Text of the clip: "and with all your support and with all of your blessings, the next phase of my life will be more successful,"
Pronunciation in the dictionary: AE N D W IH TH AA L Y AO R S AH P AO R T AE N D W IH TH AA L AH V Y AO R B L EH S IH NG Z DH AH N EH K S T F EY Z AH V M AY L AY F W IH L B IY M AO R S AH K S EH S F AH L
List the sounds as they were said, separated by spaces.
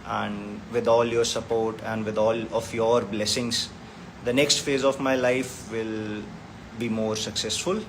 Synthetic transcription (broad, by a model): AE N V IH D AA L Y AO R S AH P AO R T AE N D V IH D AA L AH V Y AO R B L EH S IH NG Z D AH N EH K S T F EY Z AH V M AY L AY F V IH L B IY M AO R S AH K S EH S F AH L